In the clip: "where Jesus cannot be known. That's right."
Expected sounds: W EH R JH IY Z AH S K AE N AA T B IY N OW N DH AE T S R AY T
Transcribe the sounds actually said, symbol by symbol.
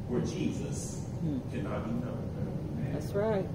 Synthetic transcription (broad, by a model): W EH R JH IY Z AH S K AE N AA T B IY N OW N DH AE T S R AY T